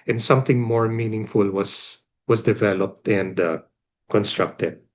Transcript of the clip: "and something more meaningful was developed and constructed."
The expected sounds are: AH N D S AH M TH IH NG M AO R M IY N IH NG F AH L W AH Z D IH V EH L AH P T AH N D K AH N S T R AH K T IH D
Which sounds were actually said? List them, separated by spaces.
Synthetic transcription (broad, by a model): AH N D S AH M TH IH NG M AO R M IY N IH NG F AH L W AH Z D IH V EH L AH P T AH N D K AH N S T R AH K T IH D